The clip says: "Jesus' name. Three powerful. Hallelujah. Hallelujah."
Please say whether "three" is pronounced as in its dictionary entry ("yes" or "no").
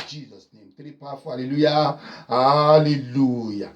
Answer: no